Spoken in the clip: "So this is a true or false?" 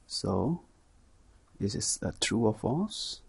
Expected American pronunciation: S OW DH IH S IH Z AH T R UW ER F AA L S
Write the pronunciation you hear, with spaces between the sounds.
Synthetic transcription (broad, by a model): S OW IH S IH S AH T R UW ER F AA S